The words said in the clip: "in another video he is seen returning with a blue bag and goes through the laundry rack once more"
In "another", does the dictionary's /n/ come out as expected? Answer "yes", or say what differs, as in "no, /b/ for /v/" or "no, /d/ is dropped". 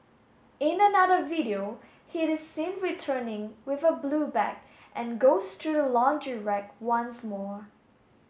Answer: yes